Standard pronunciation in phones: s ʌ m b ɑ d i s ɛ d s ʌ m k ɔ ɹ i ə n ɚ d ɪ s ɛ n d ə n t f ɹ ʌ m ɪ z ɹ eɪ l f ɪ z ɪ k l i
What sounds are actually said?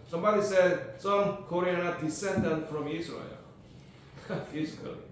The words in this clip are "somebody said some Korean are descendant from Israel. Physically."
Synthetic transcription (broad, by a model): s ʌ m b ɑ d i s ɛ d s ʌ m k ɔ ɹ i ə n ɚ d ɪ s ɛ n d ə n t f ɹ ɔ m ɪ s ɹ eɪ l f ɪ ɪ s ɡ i